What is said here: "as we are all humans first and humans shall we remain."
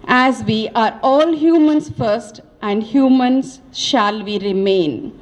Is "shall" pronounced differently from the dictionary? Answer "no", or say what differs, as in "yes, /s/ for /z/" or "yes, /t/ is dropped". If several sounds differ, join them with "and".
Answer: no